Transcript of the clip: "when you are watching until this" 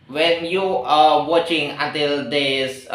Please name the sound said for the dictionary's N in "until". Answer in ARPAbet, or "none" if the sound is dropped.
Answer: N